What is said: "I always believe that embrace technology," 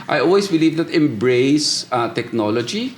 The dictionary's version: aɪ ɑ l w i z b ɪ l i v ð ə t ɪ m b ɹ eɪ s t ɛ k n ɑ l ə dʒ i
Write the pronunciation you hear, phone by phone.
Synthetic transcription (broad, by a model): aɪ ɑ l w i s b ɪ l i v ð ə t ɪ m b ɹ eɪ s t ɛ k n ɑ l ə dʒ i